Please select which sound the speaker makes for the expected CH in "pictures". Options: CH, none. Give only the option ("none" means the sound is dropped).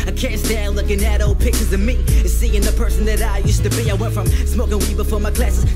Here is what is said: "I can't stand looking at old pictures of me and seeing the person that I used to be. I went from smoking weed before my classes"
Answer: none